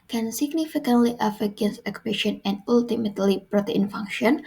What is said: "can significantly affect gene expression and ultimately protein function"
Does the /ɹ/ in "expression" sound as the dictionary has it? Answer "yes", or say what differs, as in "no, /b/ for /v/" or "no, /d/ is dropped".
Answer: no, /ɹ/ is dropped